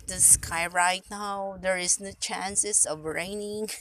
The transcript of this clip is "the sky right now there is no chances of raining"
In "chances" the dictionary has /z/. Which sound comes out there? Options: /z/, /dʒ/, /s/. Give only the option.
/s/